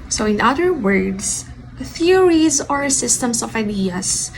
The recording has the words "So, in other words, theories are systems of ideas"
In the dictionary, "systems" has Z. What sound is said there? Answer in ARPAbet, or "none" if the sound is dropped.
S